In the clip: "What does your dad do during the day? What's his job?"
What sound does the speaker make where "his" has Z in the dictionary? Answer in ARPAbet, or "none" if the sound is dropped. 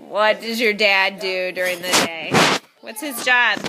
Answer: Z